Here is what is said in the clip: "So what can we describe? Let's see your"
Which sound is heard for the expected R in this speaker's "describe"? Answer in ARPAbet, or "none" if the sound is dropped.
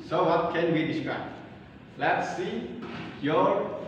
R